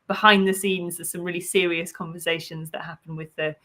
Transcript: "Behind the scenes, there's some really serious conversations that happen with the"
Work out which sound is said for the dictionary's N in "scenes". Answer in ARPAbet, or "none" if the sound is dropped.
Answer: N